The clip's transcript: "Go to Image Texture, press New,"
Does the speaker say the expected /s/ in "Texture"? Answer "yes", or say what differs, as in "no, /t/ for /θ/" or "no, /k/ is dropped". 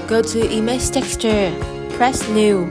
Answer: yes